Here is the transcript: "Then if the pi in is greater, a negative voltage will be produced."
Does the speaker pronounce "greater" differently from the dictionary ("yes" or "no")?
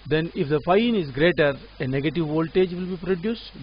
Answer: no